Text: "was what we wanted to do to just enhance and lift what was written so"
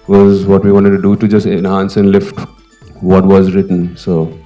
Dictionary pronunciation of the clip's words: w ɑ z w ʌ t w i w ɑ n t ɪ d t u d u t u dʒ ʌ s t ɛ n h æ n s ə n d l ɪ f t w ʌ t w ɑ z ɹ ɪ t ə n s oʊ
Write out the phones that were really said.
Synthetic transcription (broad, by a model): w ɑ z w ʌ t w i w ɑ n t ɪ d t u d u t u dʒ ʌ s t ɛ n h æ n s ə n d l ɪ f t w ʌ t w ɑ z ɹ ɪ t ə n s oʊ